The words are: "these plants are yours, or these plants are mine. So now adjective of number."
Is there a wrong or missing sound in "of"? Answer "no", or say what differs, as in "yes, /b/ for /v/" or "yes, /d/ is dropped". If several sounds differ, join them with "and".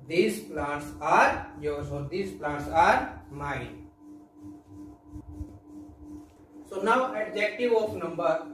yes, /p/ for /v/